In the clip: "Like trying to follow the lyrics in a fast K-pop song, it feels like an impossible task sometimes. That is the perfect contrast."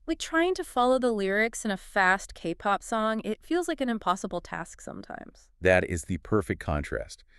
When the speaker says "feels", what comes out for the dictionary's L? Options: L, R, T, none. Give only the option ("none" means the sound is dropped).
L